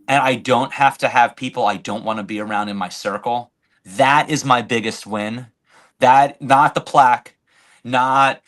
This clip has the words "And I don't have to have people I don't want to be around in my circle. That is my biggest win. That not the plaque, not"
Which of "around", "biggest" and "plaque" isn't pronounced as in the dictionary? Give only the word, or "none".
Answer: none